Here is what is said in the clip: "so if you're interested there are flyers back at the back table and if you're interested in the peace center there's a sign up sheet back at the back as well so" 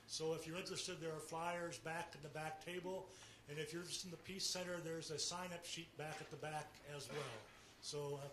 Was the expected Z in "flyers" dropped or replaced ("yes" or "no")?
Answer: no